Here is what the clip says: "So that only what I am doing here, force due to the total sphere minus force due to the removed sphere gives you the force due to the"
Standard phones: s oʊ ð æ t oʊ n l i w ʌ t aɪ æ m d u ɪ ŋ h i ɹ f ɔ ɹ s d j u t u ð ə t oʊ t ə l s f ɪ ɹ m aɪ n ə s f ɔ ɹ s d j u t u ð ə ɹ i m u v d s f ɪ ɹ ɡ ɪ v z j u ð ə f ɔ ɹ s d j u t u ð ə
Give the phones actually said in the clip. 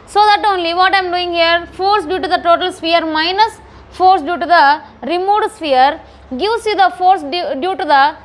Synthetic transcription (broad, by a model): s oʊ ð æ t oʊ n l i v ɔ t aɪ m d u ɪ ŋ h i ɹ f ɔ ɹ s d j u t u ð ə t oʊ t ə l s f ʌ ɹ m aɪ n ə s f ɔ ɹ s d j u t u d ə ɹ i m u d s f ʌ ɹ ɡ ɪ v s j u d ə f ɔ ɹ s d j u t u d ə